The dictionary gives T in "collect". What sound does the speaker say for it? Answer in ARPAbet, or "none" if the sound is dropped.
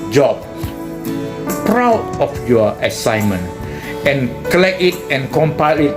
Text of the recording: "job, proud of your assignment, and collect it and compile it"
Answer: none